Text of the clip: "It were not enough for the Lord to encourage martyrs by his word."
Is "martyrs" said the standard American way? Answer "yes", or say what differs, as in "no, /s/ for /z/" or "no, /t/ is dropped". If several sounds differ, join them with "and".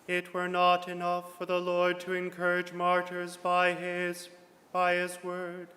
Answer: yes